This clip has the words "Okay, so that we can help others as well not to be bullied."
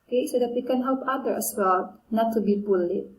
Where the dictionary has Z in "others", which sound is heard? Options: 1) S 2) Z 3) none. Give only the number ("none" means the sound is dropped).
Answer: 3